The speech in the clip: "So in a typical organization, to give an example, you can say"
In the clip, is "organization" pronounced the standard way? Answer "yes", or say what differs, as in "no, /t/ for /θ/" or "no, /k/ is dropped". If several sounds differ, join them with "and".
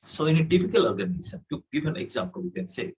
no, /s/ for /ʃ/